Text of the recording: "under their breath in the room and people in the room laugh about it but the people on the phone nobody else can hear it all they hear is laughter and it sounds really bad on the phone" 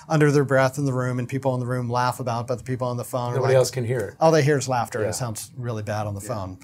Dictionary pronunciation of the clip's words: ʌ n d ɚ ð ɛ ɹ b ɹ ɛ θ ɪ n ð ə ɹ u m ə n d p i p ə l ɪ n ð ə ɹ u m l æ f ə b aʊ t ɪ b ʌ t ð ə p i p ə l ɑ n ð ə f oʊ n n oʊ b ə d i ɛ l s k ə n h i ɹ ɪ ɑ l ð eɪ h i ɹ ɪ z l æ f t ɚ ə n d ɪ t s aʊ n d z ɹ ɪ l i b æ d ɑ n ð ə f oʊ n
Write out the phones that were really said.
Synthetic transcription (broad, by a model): ʌ n d ɚ ð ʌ ɹ b ɹ ɛ θ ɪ n ð ə ɹ u m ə n p i p l ɪ n ð ə ɹ u m l æ f ə b aʊ t b ʌ t ð ə p i p l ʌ n ð ə f oʊ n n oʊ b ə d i ɛ l s k ə n h i ɹ ɪ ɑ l ð eɪ h i ɹ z l æ f t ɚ ə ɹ ɪ t s aʊ n d z ɹ ɪ l i b æ d n ð ə f oʊ n